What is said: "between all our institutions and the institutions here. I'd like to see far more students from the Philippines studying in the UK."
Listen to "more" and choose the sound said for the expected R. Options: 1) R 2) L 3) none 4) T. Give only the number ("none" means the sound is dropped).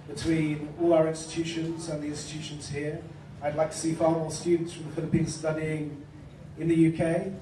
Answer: 2